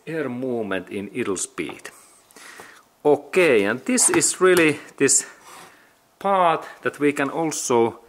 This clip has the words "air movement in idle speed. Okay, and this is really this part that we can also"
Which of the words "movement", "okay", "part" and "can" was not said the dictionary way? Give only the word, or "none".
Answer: movement